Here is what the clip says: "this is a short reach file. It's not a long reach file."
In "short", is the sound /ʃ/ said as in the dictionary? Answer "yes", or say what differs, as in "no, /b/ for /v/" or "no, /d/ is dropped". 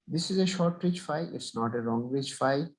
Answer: yes